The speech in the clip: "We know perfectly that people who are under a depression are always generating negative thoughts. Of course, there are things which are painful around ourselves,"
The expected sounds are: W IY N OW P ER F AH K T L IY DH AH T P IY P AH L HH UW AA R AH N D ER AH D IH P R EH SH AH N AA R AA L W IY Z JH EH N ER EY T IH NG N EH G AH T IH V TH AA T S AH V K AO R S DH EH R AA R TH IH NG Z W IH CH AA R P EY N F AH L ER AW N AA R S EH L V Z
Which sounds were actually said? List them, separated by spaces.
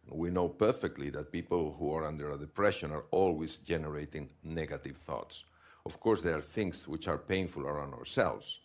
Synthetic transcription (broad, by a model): W IY N OW P ER F AH K T L IY DH AH T P IY P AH L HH UW AA R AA N D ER AH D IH P R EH SH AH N AA R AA L W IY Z JH EH N ER EY T IH NG N EH G AH T IH V TH AA T S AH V K AO R S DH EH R AA R TH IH NG S W IH CH AA R P EY N F AH L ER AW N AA R S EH L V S